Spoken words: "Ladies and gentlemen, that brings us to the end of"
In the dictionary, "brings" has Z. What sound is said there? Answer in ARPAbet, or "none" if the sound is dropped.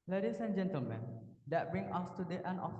none